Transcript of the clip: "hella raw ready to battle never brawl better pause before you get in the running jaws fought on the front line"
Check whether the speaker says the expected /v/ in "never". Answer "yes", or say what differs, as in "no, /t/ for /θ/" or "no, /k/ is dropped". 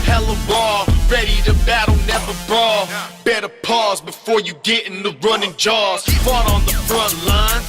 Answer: yes